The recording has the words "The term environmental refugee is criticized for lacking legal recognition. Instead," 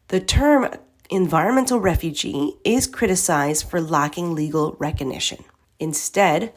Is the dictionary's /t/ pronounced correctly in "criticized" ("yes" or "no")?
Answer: yes